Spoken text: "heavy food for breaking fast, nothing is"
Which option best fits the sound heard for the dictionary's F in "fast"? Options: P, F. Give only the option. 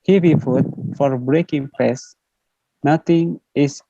P